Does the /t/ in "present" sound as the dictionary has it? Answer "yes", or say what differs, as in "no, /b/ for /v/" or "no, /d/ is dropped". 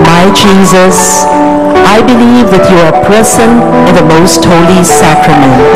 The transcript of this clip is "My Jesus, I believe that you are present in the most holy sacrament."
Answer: no, /t/ is dropped